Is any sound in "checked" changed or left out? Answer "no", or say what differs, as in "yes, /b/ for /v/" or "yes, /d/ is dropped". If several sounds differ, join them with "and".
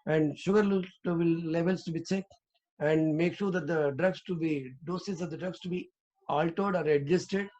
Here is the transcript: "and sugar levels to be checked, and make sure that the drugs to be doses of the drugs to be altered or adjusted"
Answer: yes, /s/ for /tʃ/ and /t/ is dropped